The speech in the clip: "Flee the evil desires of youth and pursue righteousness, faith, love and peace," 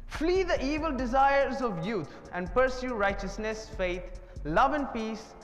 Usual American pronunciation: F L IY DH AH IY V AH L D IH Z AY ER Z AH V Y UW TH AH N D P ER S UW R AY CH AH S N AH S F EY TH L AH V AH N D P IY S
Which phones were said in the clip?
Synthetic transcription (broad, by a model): F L IY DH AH IY V AH L D IH Z AY ER Z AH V Y UW T AH N D P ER S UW R AY CH AH S N AH S F EY T L AH V AH N D P IY S